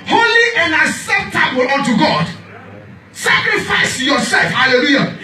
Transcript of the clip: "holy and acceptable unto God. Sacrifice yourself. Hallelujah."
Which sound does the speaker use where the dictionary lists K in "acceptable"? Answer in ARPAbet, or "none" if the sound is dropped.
none